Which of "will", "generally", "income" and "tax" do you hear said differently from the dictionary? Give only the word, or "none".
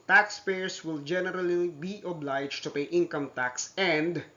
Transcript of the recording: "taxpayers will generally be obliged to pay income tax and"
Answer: none